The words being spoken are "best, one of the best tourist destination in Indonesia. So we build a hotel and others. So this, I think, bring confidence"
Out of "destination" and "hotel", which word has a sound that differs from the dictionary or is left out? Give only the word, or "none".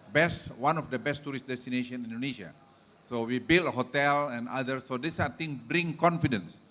none